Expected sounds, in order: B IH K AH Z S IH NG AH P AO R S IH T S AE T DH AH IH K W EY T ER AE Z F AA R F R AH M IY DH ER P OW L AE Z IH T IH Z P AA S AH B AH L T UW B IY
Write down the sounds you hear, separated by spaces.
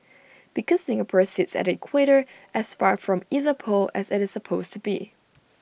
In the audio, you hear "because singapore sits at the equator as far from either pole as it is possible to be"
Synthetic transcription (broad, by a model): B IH K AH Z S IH NG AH P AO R S IH T S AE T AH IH K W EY T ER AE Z F AA R F R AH M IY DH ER P OW L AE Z IH T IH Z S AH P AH AH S T UW B IY